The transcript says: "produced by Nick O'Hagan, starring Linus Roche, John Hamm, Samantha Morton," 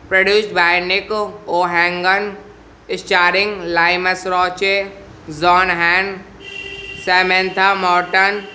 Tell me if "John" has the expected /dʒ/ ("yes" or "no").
no